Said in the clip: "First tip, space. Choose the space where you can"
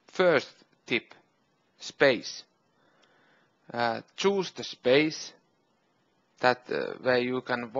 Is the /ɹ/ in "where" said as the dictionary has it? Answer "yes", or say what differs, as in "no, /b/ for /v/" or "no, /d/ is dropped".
no, /w/ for /ɹ/